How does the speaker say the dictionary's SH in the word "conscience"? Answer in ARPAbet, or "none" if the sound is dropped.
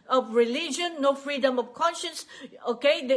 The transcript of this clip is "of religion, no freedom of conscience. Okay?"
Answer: SH